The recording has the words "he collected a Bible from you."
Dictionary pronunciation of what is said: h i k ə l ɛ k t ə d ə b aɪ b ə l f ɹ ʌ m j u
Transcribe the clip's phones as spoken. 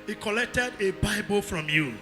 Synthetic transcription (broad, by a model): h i k ə l ɛ k t ə d ə b aɪ b ə l f ɹ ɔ m j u